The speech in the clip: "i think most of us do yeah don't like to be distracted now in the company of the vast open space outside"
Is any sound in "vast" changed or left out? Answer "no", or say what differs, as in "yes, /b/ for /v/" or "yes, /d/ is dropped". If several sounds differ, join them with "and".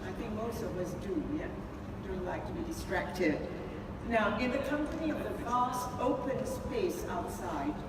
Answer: no